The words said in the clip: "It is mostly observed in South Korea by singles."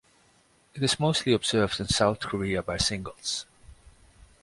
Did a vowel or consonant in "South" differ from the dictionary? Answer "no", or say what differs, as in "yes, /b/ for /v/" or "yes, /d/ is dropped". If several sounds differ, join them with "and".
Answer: no